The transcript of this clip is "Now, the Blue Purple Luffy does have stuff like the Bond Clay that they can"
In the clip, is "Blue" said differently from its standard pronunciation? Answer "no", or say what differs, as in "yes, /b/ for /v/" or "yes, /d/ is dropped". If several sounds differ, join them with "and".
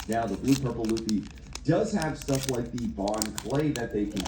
yes, /l/ is dropped